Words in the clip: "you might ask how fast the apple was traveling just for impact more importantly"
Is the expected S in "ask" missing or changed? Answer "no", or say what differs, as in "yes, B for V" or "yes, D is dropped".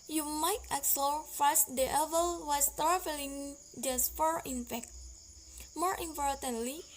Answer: yes, S is dropped